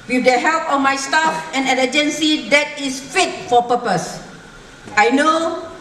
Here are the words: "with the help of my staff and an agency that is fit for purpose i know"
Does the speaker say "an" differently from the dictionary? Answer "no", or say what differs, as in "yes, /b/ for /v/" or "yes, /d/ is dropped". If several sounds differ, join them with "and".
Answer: yes, /l/ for /n/